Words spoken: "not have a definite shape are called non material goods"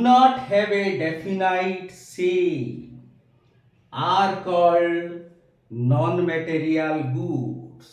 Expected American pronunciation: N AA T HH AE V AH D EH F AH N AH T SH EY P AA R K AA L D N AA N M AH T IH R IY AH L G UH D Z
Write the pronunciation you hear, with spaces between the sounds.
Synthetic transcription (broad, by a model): N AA T HH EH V AH D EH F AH N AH T S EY AA R K AA L D N AA N M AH T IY R IY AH L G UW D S